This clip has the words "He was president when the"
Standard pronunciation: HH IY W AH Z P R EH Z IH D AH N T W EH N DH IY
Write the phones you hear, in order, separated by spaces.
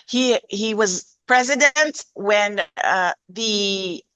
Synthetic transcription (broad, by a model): HH IY W AH Z P R EH Z IH D AH N T W EH N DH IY